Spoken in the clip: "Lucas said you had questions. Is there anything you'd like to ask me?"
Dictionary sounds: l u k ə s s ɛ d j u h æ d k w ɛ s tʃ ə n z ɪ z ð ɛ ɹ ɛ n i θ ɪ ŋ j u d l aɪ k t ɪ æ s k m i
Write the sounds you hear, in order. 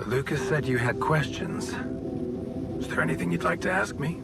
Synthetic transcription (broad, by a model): l u k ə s s ɛ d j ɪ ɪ d k w ɛ s tʃ ə n z ɪ z ð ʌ ɹ ɛ n i θ ɪ ŋ j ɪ d l aɪ k t ɪ æ s k m i